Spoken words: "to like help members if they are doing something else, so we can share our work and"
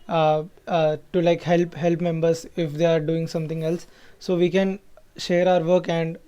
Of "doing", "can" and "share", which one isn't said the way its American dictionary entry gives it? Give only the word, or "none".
none